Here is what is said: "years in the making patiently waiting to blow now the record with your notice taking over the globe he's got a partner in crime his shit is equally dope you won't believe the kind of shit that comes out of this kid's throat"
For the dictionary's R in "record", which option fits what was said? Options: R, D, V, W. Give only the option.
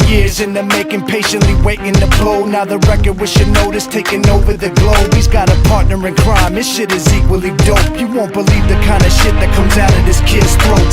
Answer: R